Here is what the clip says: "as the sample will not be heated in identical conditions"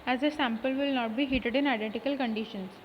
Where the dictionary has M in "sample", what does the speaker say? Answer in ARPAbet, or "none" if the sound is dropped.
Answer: M